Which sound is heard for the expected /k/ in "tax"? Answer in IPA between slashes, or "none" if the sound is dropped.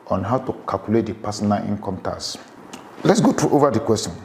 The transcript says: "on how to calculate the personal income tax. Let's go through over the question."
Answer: none